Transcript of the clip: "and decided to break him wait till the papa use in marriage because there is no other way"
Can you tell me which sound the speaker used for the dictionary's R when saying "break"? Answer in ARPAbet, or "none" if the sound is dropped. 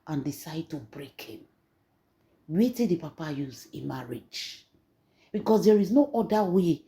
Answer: R